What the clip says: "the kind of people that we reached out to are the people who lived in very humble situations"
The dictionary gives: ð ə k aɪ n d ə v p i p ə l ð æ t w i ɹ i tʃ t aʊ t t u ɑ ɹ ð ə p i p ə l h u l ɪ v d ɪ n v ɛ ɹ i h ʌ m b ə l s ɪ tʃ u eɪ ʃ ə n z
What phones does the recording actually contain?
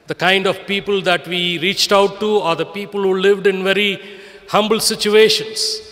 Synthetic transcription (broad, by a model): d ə k aɪ n d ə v p i p ə l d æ t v i ɹ i tʃ t aʊ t t u ɑ ɹ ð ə p i p ə l h u l ɪ v d ɪ n v ɛ ɹ i h ʌ m b ə l s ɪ tʃ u eɪ ʃ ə n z